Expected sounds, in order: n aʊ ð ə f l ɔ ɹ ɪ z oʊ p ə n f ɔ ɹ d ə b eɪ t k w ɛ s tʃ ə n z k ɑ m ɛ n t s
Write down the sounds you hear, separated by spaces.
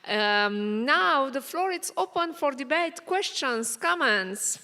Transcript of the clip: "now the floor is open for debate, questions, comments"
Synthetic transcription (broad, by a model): n aʊ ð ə f l ɔ ɹ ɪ s oʊ p ə n f ɔ ɹ d ə b eɪ t k w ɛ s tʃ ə n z k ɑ m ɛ n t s